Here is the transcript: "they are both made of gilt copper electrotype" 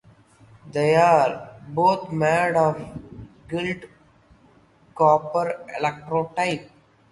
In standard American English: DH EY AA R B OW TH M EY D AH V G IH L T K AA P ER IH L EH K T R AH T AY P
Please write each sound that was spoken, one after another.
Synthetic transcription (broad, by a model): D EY AA R B OW T M EY D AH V G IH L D K AA P ER IH L EH K T R AH T AY P